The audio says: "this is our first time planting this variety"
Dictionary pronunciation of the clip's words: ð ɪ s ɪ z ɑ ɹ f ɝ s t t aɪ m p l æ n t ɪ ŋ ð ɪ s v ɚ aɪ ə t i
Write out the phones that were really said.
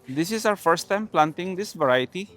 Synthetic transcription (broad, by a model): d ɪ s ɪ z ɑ w f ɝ s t t aɪ m p l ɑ n t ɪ ŋ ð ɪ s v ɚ aɪ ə t i